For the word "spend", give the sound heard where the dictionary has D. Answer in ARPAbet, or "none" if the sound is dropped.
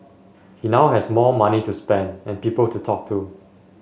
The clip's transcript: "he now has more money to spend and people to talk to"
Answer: D